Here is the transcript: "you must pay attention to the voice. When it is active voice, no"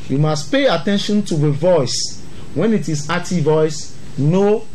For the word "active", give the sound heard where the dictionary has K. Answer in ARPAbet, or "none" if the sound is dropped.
none